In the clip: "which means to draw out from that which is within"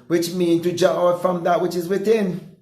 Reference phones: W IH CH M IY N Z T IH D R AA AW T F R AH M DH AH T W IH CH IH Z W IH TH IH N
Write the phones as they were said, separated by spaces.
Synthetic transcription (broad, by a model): W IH CH M IY N T IH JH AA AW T F R AH M DH AH T W IH CH IH Z W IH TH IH N